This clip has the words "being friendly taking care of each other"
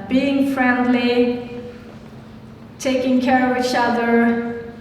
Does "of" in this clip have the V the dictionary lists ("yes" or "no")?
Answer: yes